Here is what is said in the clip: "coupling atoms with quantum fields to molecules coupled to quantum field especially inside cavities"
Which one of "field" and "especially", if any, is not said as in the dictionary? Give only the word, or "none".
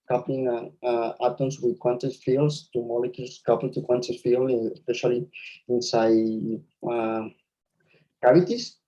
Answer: field